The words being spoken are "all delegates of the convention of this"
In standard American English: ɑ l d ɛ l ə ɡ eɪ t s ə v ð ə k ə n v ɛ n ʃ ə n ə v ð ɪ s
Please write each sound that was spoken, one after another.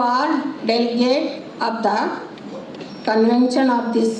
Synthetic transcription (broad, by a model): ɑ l d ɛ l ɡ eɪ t ə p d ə k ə n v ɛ n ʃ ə n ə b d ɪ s